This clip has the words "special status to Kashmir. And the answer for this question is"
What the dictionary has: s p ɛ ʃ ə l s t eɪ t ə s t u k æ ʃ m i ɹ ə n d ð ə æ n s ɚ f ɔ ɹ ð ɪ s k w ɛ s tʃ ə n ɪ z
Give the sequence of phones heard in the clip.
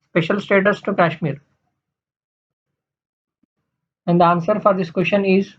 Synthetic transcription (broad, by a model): s p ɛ ʃ ə l s t eɪ t ə s t u k æ ʃ m i ɹ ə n d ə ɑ n s ɚ f ɔ ɹ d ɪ s k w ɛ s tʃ ə n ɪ z